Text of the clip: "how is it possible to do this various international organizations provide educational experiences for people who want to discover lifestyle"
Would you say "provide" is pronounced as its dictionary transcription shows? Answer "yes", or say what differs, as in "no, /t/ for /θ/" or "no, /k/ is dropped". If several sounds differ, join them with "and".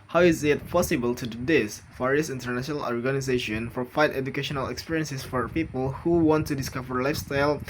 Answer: no, /f/ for /v/